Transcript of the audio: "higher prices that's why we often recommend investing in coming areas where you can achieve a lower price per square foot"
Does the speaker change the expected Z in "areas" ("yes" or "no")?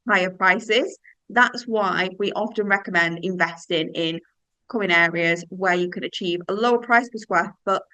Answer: no